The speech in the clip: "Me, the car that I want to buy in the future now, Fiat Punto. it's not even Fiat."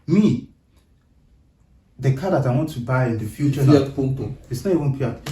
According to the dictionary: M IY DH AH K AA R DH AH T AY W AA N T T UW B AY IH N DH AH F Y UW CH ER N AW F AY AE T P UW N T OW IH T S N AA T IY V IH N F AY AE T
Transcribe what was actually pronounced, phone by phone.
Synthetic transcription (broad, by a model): M IY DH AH K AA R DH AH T AY W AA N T T UW B AY IH N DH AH F Y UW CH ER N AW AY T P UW T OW IH T S N AA T IY V IH N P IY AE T